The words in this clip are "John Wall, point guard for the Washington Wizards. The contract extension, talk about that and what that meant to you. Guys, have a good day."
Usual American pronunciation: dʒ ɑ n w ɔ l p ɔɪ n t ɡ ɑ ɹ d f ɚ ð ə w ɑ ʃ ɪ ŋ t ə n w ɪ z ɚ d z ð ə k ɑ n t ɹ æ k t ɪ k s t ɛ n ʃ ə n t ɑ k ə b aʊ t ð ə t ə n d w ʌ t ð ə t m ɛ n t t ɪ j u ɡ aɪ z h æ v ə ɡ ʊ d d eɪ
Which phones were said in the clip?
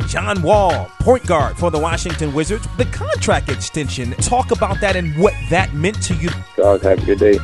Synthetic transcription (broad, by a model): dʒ ɑ n w ɔ l p ɔɪ n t ɡ ɑ ɹ d f ɚ ð ə w ɑ ʃ ɪ ŋ t ə n w ɪ z ɚ d z ð ə k ɑ n t ɹ æ k t ɪ k s t ɛ n ʃ ə n t ɑ k ə b aʊ t ð ə t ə n w ʌ t ð ə t m ɛ n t t ɪ j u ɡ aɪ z h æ p ə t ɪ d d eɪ